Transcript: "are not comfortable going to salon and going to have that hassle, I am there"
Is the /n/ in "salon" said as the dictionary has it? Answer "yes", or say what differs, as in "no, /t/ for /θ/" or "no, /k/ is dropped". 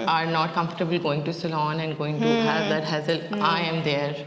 yes